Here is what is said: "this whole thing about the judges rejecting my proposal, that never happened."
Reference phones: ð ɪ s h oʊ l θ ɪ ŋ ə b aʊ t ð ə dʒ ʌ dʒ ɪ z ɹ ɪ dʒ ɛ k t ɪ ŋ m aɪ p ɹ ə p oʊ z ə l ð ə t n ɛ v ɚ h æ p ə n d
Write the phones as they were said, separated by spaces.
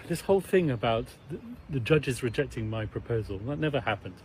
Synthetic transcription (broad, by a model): ð ɪ s h oʊ l θ ɪ ŋ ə b aʊ t ð ə dʒ ʌ dʒ ɪ z ɹ ɪ dʒ ɛ k t ɪ ŋ m aɪ p ɹ ə p oʊ z ə l ð ə t n ɛ v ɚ h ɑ p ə n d